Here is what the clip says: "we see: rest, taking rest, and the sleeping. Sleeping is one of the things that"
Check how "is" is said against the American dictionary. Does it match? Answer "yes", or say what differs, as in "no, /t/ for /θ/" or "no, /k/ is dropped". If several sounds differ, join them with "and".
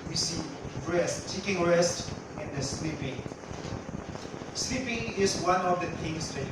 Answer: no, /s/ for /z/